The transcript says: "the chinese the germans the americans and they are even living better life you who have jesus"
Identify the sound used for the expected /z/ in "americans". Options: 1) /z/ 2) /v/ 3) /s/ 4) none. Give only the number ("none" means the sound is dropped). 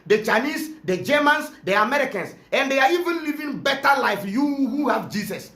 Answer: 3